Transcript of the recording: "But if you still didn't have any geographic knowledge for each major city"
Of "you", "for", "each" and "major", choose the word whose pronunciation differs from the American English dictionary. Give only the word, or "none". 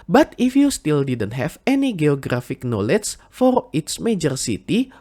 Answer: each